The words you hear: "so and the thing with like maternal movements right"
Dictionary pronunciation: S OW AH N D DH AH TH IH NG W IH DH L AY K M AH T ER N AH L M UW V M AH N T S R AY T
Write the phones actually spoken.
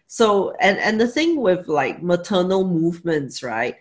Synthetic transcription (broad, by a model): S OW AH N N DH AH TH IH NG W IH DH L AY K M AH T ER N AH L M UW V M AH N T S R AY T